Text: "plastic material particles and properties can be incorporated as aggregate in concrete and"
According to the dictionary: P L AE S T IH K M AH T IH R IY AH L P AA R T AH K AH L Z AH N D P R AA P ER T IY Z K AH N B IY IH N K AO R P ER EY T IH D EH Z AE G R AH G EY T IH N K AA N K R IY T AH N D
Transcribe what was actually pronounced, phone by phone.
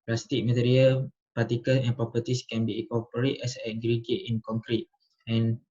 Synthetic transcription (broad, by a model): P L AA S T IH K M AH T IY R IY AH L P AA T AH K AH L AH N P R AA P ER T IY S K AH N B IY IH K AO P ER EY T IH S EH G R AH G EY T IH N K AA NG K R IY T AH N